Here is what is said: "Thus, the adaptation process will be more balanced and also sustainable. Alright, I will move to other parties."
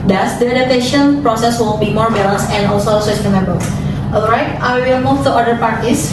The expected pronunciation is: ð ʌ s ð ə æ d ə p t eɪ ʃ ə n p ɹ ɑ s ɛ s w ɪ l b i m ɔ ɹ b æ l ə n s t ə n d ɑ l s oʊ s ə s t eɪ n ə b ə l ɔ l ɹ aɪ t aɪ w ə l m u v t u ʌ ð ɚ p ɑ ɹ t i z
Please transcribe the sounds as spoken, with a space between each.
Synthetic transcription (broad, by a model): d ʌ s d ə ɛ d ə t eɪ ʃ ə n p ɹ ɑ s ɛ s w ɪ l b i m ɔ ɹ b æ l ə n s ə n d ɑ l s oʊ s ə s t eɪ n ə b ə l ɔ l ɹ aɪ t aɪ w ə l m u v t u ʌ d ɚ p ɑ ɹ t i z